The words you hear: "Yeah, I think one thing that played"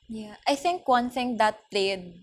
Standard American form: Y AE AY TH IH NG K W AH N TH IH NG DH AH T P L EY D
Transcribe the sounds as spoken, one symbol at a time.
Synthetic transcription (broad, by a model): Y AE AY TH IH NG K W AH N TH IH NG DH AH T P L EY D